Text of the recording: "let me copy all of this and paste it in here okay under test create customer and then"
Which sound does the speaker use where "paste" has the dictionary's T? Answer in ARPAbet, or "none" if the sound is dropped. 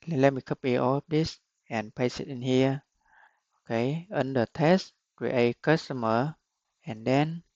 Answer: none